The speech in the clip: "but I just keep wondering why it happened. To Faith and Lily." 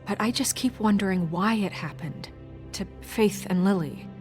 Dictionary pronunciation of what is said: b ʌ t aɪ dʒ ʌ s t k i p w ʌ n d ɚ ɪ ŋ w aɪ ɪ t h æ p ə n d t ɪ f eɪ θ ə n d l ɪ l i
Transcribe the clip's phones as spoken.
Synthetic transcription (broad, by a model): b ʌ t aɪ dʒ ʌ s k i p w ʌ n d ɚ ɪ ŋ w aɪ ɪ t h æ p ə n t ɪ f eɪ θ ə n l ɪ l i